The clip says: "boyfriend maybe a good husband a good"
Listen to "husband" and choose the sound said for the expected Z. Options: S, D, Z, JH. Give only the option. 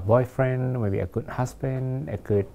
S